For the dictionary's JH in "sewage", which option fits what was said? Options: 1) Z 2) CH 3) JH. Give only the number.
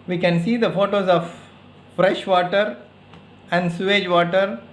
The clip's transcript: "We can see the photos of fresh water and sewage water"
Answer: 3